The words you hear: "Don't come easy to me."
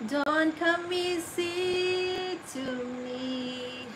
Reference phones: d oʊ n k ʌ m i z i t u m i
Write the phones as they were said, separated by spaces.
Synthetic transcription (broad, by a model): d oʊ n k ʌ m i s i t u m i